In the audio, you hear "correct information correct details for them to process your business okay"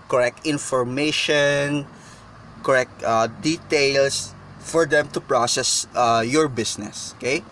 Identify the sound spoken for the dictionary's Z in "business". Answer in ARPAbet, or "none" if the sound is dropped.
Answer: S